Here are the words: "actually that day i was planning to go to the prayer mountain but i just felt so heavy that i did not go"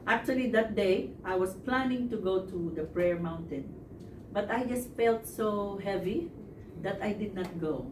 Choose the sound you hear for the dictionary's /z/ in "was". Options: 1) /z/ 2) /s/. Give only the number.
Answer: 2